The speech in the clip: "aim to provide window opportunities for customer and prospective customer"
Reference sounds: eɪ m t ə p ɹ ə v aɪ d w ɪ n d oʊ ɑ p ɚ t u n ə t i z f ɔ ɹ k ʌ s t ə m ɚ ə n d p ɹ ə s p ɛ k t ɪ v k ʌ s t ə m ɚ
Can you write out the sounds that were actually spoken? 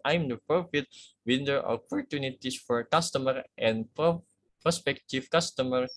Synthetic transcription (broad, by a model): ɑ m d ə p ɹ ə f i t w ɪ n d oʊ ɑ p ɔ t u n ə t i s f ɔ ɹ k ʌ s t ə m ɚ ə n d p ɹ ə s p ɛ k t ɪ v k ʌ s t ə m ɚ